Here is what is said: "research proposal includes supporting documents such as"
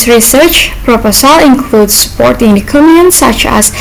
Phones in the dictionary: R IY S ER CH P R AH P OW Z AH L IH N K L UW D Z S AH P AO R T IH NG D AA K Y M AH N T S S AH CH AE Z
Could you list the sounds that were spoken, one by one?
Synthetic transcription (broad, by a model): R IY S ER CH P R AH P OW S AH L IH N K L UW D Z S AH P AO R T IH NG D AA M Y AH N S S AH CH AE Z